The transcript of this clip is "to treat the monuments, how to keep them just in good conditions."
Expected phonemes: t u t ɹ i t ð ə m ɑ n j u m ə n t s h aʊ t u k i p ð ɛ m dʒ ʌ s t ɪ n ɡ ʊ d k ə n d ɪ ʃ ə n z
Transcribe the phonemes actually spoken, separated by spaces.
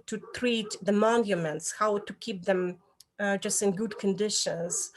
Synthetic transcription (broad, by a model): t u t ɹ i t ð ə m ɑ n j u m ə n t s h aʊ t u k i p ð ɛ m dʒ ʌ s t ɪ n ɡ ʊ d k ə n d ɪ ʃ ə n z